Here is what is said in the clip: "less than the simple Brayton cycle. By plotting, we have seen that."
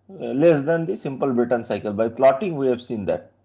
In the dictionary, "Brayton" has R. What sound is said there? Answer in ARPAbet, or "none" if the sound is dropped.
none